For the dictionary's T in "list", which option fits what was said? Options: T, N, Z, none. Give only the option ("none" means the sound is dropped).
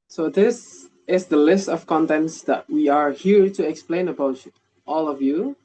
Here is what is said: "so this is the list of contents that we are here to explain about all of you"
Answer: T